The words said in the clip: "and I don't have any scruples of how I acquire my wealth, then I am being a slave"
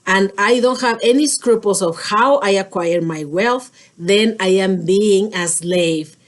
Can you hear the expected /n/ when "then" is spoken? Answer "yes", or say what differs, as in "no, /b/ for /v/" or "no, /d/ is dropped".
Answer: yes